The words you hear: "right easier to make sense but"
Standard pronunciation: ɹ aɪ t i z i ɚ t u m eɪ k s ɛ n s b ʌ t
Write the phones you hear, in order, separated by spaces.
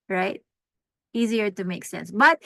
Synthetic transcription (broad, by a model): ɹ aɪ t i z i ɚ t u m eɪ k s ɛ n s b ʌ t